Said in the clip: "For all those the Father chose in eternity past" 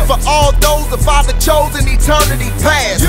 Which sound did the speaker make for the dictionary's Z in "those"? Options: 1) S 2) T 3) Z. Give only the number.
3